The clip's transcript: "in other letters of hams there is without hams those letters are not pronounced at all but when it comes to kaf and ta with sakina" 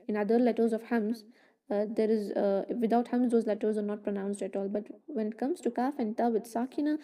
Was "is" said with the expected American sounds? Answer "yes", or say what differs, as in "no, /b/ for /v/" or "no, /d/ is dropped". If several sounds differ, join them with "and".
yes